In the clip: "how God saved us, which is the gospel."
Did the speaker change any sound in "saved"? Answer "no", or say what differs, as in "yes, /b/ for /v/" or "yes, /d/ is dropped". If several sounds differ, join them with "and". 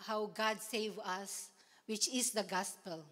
yes, /d/ is dropped